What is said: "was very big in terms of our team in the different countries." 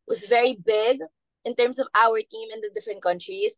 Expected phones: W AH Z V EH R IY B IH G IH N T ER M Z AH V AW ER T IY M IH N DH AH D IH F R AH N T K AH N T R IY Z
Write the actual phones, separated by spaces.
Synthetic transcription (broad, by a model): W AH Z V EH R IY B IH G IH N T ER M S AH V AW ER T IY M IH N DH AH D IH F R AH N T K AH N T R IY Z